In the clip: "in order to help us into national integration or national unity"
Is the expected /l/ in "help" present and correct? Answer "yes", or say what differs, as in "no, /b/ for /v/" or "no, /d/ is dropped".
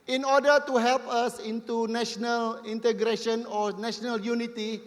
yes